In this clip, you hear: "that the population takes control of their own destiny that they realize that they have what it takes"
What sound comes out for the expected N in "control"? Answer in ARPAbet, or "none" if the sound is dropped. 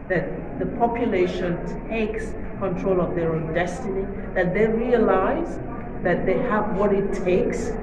N